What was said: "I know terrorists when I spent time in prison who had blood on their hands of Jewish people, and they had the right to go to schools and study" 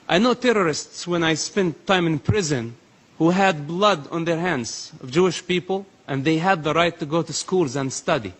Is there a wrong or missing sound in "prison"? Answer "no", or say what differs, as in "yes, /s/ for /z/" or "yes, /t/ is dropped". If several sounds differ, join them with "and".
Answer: no